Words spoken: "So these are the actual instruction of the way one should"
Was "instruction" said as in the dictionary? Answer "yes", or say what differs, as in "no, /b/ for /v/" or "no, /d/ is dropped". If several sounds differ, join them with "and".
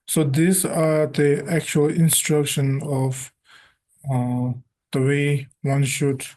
yes